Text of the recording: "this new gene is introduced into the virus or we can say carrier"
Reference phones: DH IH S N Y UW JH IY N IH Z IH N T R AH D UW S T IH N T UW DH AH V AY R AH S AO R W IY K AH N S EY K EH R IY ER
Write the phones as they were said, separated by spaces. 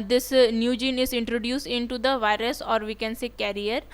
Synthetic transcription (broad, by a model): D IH S N Y UW JH IY N IH Z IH N T R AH D UW S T IH N T UW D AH V AY R AH S AO R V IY K AH N S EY K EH R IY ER